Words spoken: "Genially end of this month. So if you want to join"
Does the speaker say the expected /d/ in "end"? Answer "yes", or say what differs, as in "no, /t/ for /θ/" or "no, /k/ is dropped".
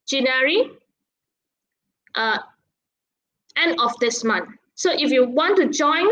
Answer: no, /d/ is dropped